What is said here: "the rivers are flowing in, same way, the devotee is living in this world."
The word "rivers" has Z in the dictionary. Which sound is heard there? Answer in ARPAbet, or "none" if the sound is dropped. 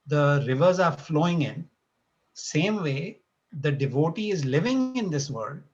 Z